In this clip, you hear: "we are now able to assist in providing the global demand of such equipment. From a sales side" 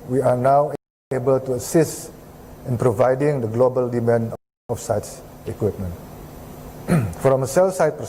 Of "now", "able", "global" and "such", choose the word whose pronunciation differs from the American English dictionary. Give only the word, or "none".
such